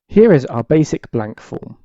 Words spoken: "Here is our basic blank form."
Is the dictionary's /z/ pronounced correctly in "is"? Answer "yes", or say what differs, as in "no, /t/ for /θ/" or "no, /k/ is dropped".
yes